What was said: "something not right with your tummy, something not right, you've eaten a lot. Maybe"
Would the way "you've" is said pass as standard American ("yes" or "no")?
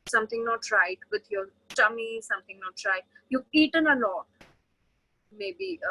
no